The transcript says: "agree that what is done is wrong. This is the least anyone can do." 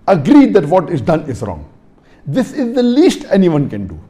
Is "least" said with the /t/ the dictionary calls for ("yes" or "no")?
yes